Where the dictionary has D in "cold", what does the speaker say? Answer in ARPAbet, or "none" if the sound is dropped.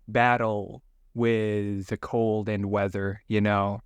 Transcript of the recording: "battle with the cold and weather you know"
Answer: D